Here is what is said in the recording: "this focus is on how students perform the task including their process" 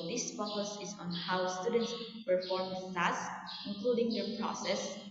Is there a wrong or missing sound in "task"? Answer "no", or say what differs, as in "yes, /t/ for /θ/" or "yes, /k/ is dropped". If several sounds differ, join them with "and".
yes, /k/ is dropped